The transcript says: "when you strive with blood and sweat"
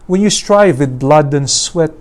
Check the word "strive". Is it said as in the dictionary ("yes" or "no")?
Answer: yes